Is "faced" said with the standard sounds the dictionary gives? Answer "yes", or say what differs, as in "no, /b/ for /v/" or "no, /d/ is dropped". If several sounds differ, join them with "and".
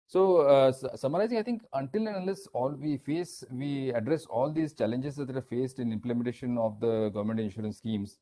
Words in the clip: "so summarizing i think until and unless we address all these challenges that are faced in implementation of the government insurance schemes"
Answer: yes